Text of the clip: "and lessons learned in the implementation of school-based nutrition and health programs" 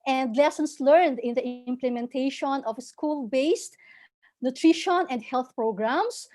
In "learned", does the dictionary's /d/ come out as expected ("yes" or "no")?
yes